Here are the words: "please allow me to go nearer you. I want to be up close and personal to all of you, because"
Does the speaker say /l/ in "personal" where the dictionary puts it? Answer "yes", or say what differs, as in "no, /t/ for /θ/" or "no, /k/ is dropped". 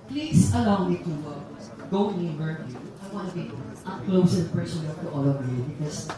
no, /n/ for /l/